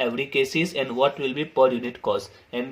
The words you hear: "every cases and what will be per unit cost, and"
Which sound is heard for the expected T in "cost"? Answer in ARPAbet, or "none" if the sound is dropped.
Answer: none